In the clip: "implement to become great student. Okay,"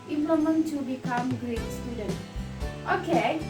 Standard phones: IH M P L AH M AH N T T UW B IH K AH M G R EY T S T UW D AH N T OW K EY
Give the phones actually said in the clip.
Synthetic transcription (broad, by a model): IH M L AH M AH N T T UW B IH K AH M G R EY T S T UW D AH N T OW K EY